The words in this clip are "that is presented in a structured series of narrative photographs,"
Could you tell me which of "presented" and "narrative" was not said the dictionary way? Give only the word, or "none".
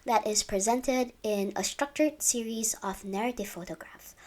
none